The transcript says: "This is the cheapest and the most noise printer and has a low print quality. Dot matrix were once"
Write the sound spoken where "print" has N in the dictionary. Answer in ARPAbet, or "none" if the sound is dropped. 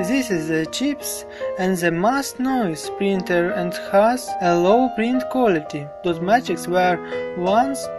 N